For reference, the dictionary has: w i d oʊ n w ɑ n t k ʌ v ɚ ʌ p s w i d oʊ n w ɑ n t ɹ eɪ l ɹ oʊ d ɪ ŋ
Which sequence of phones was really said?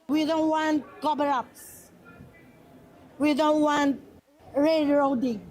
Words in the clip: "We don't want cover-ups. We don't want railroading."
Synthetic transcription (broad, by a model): w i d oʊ n w ɑ n t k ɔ b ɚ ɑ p s w i d oʊ n w ɑ n t ɹ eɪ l ɹ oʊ d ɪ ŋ